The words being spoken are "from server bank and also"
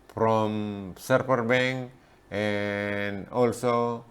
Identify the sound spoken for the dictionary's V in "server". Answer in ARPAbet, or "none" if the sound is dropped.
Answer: P